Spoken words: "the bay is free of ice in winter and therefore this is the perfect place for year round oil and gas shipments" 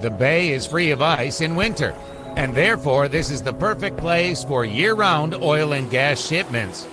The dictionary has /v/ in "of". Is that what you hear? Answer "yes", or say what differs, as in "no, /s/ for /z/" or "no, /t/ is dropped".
yes